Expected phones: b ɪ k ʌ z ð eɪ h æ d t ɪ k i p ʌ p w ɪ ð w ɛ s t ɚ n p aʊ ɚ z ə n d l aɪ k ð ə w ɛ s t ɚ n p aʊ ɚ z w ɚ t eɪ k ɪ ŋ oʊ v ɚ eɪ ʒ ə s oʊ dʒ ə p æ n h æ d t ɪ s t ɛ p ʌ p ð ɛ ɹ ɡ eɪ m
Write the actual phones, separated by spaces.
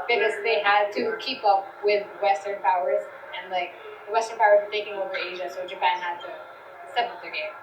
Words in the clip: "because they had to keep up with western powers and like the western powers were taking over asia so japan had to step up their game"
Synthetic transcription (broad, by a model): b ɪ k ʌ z ð eɪ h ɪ d t ɪ k i p ʌ p w ɪ ð w ɛ s t ɚ n p aʊ ɚ z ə n l aɪ k ð ə w ɛ s t ɚ n p aʊ ɚ z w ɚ t eɪ k ɪ ŋ oʊ v ɚ eɪ ʒ ə s oʊ dʒ ə p æ n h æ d t ɪ s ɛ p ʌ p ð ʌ ɹ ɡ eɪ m